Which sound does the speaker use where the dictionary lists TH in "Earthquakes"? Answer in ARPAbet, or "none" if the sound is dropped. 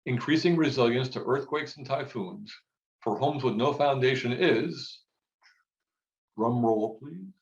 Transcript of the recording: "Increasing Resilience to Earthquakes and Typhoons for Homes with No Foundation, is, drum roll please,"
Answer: TH